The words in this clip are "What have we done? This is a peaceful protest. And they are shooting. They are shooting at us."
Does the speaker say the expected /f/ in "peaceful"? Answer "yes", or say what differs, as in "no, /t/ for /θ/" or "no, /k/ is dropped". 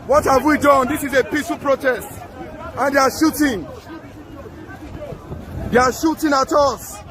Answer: no, /f/ is dropped